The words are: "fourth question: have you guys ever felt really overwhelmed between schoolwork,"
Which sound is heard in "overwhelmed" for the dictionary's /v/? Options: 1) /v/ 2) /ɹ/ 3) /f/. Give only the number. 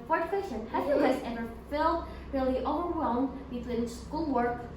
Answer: 1